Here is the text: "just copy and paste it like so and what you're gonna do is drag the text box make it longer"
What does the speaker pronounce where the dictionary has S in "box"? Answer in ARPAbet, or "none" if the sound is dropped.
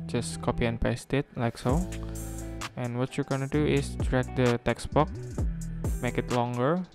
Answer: none